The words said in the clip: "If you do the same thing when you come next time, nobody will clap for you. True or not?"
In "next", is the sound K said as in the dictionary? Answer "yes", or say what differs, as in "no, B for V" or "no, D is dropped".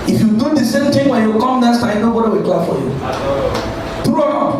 no, K is dropped